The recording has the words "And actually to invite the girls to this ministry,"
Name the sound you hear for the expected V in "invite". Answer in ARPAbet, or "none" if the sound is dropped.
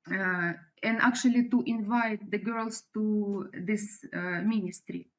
V